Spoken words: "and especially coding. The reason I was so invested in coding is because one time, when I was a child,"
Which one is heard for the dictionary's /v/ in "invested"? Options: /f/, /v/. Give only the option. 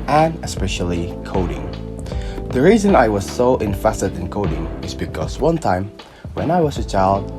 /f/